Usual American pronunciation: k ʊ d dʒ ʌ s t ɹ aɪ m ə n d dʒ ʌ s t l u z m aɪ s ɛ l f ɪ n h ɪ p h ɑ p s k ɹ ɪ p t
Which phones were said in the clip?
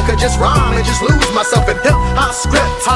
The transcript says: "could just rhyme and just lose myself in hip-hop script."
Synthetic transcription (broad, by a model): k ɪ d dʒ ʌ s t ɹ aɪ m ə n dʒ ʌ s t l u z m aɪ s ɛ l f ɪ n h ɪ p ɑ s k ɹ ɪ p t